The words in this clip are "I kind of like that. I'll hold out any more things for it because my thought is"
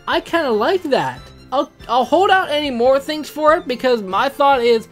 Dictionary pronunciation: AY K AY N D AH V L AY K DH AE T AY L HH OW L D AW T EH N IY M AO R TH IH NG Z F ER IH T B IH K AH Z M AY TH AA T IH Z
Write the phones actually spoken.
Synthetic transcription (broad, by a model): AY K AY N D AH L AY K DH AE T AY L HH OW L D AW T EH N IY M AO R TH IH NG Z F ER IH T B IH K AH Z M AY TH AA T IH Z